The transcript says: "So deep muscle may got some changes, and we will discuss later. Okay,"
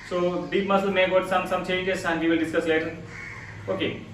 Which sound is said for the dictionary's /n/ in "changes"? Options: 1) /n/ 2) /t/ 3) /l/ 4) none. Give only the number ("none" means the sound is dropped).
4